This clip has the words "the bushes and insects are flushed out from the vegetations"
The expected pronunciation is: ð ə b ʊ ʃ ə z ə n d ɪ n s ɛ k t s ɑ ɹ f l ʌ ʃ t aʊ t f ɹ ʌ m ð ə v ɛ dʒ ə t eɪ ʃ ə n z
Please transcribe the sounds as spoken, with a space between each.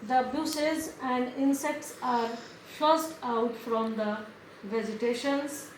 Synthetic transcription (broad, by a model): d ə b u s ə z ə n d ɪ n s ɛ k t s ɑ ɹ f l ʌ s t aʊ t f ɹ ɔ m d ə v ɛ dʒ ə t eɪ ʃ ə n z